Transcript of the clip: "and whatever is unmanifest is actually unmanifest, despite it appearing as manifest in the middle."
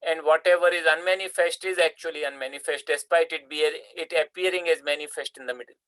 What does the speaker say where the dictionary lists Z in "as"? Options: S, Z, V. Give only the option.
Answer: Z